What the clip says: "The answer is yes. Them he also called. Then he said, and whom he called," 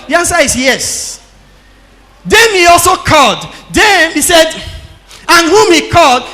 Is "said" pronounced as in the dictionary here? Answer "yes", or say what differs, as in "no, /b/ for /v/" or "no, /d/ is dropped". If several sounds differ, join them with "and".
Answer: yes